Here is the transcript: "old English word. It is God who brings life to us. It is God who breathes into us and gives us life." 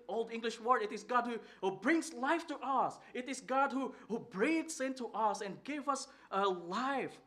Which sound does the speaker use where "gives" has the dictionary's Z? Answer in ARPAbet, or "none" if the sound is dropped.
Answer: none